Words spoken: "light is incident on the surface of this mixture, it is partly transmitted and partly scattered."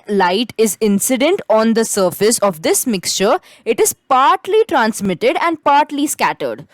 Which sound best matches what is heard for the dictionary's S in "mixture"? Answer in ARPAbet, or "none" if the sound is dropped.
S